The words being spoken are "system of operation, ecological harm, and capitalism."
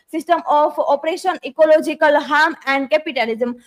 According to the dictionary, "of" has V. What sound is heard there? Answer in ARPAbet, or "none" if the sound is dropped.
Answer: P